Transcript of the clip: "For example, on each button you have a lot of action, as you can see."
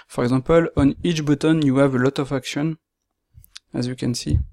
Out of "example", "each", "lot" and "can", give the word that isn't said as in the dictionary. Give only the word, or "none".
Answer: example